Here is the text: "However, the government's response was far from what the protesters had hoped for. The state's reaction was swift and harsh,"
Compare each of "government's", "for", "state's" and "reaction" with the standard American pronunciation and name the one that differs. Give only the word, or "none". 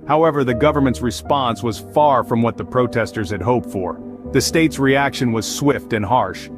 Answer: none